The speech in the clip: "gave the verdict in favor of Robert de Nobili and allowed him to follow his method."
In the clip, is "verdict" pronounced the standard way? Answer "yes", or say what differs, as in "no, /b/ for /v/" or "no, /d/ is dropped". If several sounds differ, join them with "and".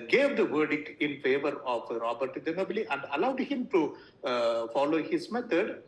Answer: yes